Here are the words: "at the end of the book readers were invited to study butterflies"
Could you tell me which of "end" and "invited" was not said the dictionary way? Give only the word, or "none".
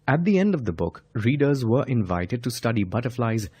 none